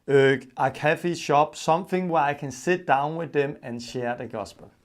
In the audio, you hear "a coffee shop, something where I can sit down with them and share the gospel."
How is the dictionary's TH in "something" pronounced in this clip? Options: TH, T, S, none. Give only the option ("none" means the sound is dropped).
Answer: TH